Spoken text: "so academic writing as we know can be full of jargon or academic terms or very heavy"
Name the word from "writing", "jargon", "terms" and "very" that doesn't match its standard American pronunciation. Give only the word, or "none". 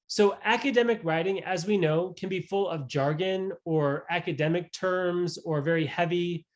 none